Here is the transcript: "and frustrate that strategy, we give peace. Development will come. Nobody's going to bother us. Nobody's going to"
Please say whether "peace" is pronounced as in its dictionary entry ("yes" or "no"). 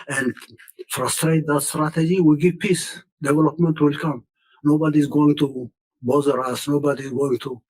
yes